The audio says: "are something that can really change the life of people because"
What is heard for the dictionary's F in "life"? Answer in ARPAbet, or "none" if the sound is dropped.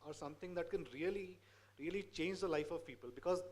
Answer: F